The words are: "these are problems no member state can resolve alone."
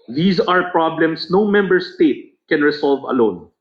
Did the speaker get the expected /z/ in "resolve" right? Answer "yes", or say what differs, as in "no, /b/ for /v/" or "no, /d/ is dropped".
no, /s/ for /z/